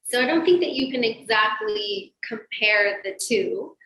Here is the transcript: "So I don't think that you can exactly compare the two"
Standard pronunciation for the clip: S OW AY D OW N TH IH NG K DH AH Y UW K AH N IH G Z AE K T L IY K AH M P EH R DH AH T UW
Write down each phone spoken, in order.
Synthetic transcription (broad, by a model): S OW AY D OW N TH IH NG K DH AH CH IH K AH N IH G Z AE K T L IY K AH M P EH R DH AH T UW